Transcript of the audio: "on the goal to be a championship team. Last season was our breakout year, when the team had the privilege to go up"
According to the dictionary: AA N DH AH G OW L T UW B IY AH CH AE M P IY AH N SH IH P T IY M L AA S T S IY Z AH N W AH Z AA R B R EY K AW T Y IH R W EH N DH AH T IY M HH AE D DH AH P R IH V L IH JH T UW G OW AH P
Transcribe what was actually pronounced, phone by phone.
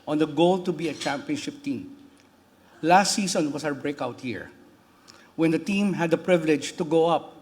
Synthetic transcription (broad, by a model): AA N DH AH G OW L T UW B IY AH CH AE M P IY AH N SH IH P T IY M L AA S T S IY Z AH N W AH S AA R B R EY K AW T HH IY R W EH N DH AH T IY M HH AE D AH P R IH V L IH JH T UW G OW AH P